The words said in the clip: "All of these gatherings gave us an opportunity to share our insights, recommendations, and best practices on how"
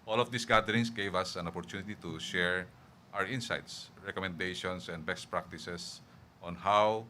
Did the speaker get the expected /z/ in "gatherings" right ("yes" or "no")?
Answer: no